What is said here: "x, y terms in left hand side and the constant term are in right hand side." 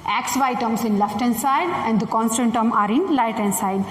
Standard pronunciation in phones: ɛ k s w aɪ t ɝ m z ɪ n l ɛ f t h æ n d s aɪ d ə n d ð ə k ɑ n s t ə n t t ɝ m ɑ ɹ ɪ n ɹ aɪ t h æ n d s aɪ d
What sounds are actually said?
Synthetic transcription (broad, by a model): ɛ k s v aɪ t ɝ m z ɪ n l ɛ f t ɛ n s aɪ d ə n d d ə k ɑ n s t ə n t t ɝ m ɑ ɹ ɪ n l aɪ t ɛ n s aɪ d